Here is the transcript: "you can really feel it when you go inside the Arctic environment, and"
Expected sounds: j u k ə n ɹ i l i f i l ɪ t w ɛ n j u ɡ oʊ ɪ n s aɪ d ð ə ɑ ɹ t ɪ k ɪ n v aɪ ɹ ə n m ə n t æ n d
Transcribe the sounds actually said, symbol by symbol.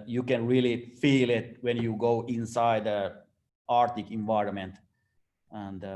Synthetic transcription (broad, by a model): j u k ə n ɹ i l i f i l ɪ t w ɛ n j u ɡ oʊ ɪ n s aɪ d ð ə ɑ ɹ t ɪ k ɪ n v aɪ ɹ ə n m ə n t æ n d